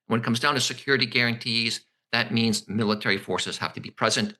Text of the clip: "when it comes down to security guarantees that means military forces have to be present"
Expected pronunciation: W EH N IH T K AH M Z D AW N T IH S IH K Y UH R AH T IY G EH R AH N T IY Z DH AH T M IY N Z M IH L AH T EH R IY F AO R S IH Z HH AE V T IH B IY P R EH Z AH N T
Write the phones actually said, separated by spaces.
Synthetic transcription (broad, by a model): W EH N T K AH M Z D AW N T IH S IH K Y UH R AH T IY G EH R AH N T IY Z DH AH T M IY N Z M IH L AH T EH R IY F AO R S IH Z HH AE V T IH B IY P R EH Z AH N T